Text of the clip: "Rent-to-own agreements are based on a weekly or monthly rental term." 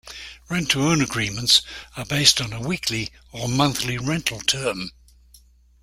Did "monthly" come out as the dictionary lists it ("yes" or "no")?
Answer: yes